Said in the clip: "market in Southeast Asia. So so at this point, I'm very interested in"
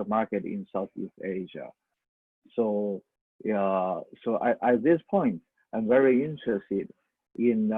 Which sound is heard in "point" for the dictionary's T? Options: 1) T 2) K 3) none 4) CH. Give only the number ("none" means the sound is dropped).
1